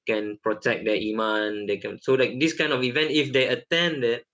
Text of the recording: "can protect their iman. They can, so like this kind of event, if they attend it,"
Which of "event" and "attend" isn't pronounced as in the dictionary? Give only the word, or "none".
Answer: none